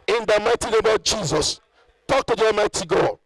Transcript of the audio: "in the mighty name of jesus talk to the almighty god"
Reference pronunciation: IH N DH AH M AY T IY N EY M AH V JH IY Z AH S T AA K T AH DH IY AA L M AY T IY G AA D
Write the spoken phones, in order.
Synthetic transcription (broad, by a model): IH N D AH M AY T IY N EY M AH JH IY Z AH S T AA K T AH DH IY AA M AY T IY G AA